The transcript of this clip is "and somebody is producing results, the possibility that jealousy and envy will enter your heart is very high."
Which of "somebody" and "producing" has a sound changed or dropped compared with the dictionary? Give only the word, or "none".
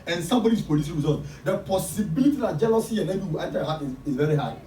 producing